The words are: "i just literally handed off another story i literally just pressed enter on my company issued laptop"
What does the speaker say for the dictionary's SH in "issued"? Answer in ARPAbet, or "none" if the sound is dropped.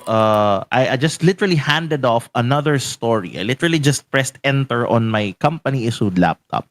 S